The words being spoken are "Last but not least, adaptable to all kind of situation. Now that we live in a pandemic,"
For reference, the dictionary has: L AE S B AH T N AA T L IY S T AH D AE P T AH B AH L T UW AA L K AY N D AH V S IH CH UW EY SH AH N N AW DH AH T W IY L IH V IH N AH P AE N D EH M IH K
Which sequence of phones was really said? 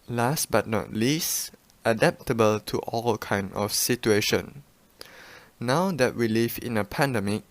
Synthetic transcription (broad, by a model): L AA S B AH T N AA T L IY S T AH D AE P T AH B AH L T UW AA L K AY N D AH F S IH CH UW EY SH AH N N AW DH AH T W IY L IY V IH N AH P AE N D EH M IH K